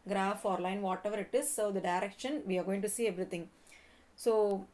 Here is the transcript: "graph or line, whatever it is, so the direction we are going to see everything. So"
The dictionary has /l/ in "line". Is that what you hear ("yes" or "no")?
yes